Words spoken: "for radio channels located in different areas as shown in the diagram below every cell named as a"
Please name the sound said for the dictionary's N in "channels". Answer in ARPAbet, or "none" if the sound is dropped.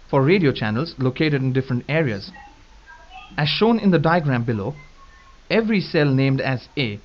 N